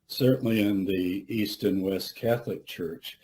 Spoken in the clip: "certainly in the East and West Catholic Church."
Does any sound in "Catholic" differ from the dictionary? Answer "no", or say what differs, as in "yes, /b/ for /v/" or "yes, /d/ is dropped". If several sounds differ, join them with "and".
no